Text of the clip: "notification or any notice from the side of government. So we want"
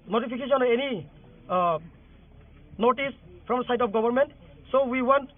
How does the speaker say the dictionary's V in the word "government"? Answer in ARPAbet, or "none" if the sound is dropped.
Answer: B